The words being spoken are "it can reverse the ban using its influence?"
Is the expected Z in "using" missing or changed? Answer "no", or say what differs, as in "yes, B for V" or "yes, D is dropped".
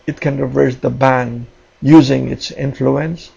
no